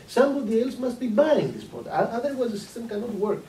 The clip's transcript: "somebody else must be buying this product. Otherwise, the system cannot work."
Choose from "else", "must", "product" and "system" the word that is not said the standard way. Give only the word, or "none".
product